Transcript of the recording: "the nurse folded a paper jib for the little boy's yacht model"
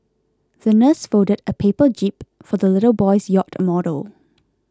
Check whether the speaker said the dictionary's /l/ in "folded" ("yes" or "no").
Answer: no